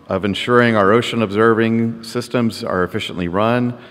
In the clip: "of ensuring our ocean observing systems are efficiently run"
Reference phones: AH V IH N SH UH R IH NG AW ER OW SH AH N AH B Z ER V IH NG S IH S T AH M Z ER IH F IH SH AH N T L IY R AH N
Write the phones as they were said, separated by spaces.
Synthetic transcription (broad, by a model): AH V IH N SH UH R IH NG AW ER OW SH AH N AH B Z ER V IH NG S IH S T AH M Z ER IH F IH SH AH N T L IY R AH N